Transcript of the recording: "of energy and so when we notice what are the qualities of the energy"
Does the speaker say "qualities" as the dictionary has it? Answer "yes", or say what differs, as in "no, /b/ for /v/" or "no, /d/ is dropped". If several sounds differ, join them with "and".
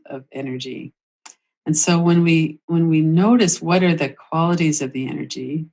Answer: yes